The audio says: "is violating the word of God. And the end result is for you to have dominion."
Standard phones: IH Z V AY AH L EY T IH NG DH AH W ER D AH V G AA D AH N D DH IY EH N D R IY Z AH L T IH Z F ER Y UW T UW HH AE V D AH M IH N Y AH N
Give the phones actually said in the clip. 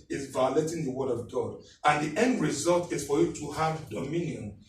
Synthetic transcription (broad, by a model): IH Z V AY AH L EY T IH NG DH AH W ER D AH V G AA D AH N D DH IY EH N D R IY Z AH L T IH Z F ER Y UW T UW HH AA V D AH M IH N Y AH N